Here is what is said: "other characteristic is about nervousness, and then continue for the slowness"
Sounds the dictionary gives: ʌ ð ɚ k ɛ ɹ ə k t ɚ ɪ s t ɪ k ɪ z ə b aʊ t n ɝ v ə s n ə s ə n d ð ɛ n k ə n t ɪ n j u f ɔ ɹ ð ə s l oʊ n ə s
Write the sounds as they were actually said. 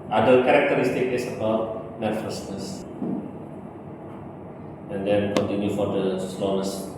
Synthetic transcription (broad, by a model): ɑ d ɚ k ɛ ɹ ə k t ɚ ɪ s t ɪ k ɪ s ə b aʊ t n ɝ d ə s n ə s ə n d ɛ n k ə n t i n j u f ɔ ɹ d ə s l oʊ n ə s